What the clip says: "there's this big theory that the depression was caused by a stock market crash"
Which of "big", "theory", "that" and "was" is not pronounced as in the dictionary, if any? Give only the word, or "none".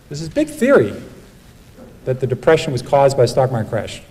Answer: none